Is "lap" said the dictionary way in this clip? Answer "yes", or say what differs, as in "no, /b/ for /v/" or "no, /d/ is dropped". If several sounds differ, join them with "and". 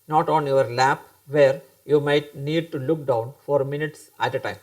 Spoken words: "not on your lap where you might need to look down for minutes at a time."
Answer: yes